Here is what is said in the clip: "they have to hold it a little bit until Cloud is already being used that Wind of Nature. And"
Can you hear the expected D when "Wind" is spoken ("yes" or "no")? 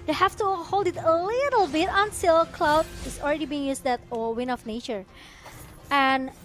no